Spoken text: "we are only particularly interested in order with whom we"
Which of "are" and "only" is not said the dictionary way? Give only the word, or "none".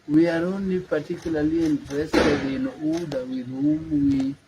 only